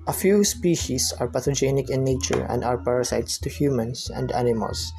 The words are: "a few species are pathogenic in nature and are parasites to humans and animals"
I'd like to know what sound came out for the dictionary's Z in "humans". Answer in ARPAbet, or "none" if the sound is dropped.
S